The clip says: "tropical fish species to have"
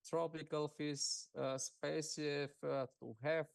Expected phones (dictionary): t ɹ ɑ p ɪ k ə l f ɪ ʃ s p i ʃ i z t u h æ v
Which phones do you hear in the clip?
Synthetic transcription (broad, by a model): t ɹ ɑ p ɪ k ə l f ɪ s s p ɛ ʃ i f t u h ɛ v